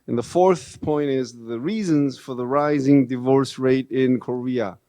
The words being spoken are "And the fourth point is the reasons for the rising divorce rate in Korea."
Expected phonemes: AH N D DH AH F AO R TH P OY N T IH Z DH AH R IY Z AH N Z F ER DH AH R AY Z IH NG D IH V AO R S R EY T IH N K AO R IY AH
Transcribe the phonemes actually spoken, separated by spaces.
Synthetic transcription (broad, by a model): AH N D DH AH F AO R TH P OY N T IH Z DH AH R IY Z AH N Z F ER DH AH R AY Z IH NG D IH V AO R S R EY T IH N K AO R IY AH